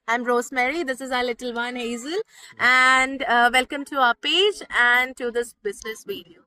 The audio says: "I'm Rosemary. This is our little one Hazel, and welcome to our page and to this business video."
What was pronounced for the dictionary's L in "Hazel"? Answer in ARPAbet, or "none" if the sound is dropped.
L